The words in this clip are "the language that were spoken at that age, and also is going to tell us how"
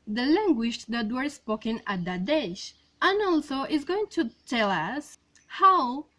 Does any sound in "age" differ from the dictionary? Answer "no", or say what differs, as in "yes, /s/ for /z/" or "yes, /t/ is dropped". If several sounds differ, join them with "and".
yes, /ʃ/ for /dʒ/